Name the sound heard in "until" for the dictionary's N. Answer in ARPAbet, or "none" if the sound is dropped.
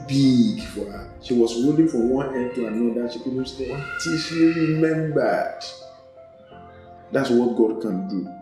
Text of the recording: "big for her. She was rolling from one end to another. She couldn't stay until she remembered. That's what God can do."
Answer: none